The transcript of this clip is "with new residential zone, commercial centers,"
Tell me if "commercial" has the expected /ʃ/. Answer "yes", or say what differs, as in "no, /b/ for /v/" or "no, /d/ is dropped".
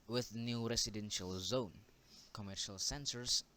yes